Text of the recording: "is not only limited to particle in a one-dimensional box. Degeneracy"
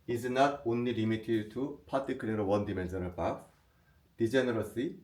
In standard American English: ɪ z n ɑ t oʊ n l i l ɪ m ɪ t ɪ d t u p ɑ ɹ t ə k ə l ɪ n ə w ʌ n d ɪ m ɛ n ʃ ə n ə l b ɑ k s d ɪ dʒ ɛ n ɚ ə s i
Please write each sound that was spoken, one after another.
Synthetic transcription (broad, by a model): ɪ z n ɑ t oʊ n l i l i m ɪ t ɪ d t u p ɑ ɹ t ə k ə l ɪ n ə w ʌ n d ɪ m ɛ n s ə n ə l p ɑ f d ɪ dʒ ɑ n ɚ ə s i